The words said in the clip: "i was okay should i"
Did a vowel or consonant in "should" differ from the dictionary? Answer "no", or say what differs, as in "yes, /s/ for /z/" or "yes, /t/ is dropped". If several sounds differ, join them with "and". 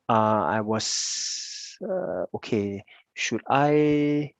no